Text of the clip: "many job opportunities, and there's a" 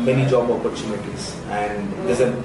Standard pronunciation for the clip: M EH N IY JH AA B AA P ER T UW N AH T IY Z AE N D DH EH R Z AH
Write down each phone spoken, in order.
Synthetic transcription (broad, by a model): M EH N IY JH AA B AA P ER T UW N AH T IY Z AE N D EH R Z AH